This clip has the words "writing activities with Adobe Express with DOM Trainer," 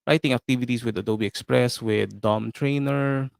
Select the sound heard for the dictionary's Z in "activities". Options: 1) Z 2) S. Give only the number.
2